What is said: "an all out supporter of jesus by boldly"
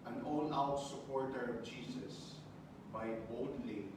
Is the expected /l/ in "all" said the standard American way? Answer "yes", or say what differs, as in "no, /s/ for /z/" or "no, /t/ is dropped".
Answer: no, /n/ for /l/